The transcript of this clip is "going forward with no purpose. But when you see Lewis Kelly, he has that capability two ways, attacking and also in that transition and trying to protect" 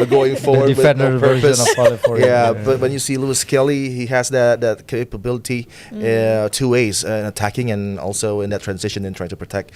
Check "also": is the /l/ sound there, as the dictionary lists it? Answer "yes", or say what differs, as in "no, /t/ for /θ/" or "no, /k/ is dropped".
yes